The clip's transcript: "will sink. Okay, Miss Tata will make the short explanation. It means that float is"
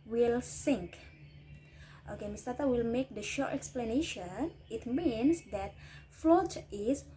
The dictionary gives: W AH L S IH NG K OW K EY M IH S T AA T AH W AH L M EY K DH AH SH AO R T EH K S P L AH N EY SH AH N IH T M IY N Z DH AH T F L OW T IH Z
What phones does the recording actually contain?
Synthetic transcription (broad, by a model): W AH L S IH NG K OW K EY M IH S T AA T AH W AH L M EY K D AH SH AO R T EH K S P L AH N EY SH AH N IH T M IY N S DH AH T F L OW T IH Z